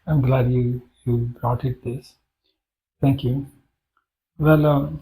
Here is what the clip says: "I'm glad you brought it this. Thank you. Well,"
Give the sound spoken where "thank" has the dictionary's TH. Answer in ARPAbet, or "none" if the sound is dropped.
T